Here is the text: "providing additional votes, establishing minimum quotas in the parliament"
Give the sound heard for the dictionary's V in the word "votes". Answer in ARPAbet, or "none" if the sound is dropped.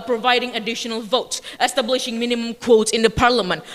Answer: V